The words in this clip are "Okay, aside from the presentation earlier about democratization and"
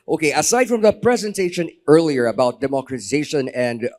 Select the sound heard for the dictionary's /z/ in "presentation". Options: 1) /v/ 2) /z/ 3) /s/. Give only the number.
2